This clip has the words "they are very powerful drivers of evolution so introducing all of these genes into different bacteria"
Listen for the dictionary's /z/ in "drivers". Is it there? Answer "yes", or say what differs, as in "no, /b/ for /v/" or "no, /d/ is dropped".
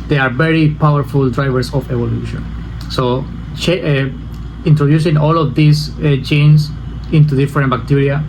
no, /s/ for /z/